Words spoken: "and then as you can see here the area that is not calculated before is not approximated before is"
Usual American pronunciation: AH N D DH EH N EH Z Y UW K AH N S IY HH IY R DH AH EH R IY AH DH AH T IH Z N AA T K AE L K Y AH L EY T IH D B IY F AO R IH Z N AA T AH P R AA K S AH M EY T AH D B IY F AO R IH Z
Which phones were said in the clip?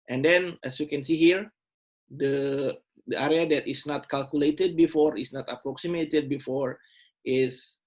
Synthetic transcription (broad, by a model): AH N D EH N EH S Y UW K AH N S IY HH IY R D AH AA R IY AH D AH T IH S N AA T K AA L K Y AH L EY T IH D B IY F AO R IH S N AA T AH P R AA K S AH M EY T AH D B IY F AO R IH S